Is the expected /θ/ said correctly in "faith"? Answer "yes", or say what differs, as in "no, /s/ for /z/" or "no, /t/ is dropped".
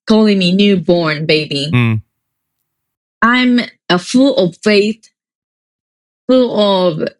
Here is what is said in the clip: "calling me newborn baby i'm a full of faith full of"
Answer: yes